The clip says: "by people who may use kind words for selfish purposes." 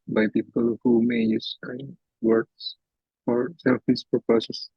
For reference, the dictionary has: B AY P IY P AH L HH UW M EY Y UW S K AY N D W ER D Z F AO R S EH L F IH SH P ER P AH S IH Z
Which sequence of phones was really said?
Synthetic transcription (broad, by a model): B AY P IY P AH L HH UW M EY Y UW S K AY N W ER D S F AO R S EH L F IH S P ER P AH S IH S